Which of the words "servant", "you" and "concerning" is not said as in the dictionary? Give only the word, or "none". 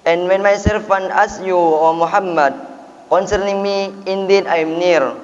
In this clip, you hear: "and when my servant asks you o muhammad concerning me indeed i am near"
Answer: servant